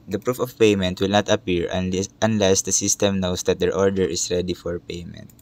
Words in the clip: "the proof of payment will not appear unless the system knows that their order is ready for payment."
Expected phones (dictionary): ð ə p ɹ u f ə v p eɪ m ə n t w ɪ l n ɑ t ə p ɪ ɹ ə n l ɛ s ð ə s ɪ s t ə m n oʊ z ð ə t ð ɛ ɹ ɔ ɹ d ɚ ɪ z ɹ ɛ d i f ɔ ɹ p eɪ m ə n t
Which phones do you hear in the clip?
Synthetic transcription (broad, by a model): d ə p ɹ u f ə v p eɪ m ə n t w ɪ l n ɑ t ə p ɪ ɹ ə n l ɛ s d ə s ɪ s t ə m n oʊ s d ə t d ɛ ɹ ɔ ɹ d ɚ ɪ s ɹ ɛ d i f ɔ ɹ p eɪ m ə n t